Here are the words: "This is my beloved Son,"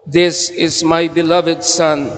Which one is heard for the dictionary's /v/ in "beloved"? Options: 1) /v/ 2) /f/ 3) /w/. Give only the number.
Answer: 1